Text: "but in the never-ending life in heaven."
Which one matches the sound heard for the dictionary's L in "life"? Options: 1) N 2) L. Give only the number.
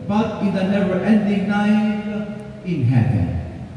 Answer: 1